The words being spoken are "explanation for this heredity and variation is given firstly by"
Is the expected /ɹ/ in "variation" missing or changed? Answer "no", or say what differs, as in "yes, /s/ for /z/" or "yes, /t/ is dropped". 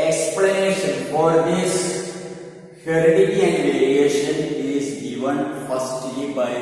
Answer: yes, /l/ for /ɹ/